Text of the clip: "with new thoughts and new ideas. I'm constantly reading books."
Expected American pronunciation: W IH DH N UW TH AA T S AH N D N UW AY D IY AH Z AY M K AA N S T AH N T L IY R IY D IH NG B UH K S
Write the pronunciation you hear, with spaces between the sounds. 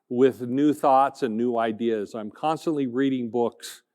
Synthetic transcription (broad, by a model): W IH DH N UW TH AA T S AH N N UW AY D IY AH Z AY M K AA N S T AH N T L IY R IY D IH NG B UH K S